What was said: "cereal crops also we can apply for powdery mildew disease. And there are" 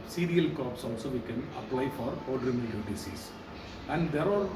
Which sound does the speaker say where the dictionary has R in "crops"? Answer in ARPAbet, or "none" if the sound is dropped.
none